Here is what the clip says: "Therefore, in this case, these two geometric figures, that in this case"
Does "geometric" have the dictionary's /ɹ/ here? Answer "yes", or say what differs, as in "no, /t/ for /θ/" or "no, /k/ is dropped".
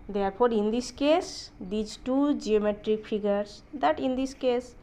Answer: yes